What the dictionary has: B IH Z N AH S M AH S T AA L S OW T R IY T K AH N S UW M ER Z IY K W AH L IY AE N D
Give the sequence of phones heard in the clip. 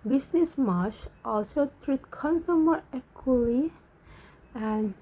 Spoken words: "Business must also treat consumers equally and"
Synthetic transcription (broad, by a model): B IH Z N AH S M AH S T AA L S OW T R IY T K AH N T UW M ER EH K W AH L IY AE N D